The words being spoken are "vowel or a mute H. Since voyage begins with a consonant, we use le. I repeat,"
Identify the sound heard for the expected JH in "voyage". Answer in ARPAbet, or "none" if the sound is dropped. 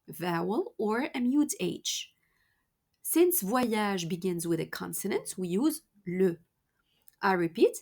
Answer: ZH